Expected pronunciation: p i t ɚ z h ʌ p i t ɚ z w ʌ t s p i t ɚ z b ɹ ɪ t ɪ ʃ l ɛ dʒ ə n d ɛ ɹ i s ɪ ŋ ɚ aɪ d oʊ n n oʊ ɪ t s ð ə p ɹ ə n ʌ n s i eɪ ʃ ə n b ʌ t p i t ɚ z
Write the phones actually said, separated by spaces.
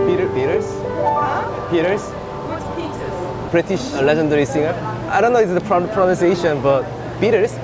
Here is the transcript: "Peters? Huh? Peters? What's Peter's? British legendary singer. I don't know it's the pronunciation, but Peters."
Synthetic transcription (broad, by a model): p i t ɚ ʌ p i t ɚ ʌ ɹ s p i t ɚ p b ɹ ɪ t ɪ ʃ l ɛ dʒ ə n d ɛ ɹ i s ɪ ŋ ɚ aɪ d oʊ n n oʊ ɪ s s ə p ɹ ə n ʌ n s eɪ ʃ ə n b ʌ t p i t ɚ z